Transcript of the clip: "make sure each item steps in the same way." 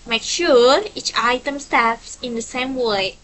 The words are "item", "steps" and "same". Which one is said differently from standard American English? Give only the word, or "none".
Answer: steps